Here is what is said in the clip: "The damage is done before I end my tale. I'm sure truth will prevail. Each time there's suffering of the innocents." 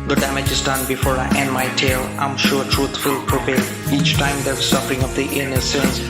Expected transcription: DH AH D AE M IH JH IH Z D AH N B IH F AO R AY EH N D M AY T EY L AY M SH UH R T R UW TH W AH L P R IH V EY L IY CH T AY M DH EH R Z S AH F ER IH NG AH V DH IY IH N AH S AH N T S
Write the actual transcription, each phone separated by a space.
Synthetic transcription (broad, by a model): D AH D AE M IH JH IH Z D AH N B IH F AO R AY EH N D M AY T EY L AY M SH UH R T R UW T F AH L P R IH P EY IY CH T AY M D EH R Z S AH F ER IH NG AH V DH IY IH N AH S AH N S